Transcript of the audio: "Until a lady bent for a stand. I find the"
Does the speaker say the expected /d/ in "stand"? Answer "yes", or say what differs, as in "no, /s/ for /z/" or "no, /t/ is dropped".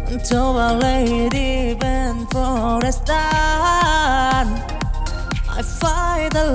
no, /d/ is dropped